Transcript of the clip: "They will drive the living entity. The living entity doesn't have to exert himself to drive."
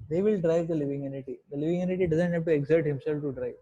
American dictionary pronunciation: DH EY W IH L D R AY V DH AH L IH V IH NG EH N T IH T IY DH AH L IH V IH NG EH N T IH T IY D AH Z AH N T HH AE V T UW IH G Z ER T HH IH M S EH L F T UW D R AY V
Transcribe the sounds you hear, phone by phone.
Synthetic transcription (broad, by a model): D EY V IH L D R AY V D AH L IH V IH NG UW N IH T IY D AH L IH V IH NG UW N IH T IY D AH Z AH N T HH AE B T UW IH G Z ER T HH IH M S EH L F T UW D R AY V